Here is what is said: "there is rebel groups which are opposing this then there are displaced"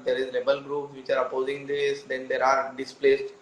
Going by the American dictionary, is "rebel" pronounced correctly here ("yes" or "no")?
no